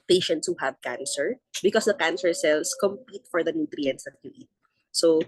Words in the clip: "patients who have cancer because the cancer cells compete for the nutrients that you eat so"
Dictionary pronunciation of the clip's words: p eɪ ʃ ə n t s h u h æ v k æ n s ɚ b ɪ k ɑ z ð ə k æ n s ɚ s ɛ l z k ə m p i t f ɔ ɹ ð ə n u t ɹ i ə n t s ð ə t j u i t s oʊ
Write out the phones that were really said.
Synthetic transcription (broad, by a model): p eɪ ʃ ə n t s h u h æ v k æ n s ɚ b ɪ k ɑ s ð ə k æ n s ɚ s ɛ l s k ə m p i t f ɔ ɹ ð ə n u t ɹ i ə n t s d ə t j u i t s oʊ